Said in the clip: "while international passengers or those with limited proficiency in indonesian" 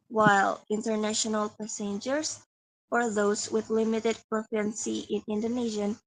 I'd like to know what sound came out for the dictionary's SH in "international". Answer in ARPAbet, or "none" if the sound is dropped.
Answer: SH